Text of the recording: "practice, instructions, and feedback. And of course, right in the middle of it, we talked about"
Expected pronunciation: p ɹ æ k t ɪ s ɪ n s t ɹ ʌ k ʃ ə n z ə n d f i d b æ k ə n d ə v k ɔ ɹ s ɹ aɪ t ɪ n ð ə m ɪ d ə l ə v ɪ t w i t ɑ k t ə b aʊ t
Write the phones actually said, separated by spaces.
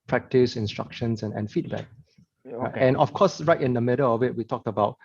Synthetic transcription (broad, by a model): p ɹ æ k t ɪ s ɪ n s t ɹ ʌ k ʃ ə n s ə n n f i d b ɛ k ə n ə f k ɔ s ɹ aɪ t ɪ n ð ə m ɪ d ə l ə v ɪ t w i t ɑ k t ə b aʊ t